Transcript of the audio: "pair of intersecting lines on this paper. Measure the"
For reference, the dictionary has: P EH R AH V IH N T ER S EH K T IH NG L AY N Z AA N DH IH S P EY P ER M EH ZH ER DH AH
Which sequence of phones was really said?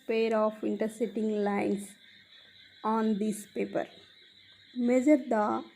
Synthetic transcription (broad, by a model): P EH R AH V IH N T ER S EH T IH NG L AY N S AA N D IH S P EY P ER M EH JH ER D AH